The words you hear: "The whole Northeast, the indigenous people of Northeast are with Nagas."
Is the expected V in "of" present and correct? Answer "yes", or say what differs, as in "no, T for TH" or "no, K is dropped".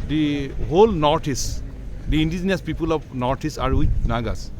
no, P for V